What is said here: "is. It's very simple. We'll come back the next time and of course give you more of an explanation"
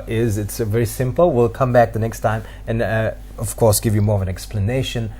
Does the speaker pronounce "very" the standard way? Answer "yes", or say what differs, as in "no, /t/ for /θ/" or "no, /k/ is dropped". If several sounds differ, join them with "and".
yes